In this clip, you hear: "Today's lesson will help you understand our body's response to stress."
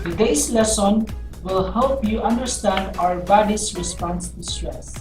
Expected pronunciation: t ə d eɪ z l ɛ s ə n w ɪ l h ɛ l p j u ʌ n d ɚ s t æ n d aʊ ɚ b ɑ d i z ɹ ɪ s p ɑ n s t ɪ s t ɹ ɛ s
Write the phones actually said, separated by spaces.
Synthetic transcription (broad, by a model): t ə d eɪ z l ɛ s ə n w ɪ l h ɛ l p j u ʌ n d ɚ s t æ n d aʊ ɚ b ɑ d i s ɹ ɪ s p ɑ n s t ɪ s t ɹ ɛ s